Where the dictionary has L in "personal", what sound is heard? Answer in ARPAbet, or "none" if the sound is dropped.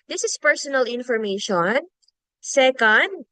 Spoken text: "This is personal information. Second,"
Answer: L